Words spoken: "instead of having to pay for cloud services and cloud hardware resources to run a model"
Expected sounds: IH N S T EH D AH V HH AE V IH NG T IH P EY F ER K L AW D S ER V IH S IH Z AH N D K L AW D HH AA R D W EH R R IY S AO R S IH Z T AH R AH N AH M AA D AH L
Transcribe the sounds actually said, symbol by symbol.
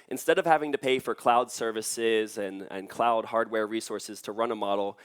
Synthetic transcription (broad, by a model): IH N S T EH D AH V HH AE V IH NG T IH P EY F ER K L AW D S ER V IH S IH Z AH N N K L AW D HH AA R D W EH R R IY S AO R S IH Z T AH R AH N AH M AA D L